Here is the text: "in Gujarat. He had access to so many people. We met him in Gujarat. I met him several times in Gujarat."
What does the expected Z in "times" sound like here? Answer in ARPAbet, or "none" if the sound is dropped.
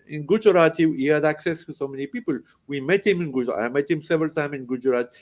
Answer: none